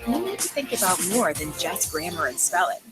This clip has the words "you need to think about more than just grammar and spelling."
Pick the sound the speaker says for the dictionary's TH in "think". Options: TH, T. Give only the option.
TH